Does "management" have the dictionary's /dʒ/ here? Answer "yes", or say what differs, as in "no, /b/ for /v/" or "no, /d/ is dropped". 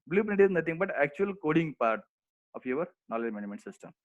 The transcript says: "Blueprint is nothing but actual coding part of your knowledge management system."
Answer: no, /dʒ/ is dropped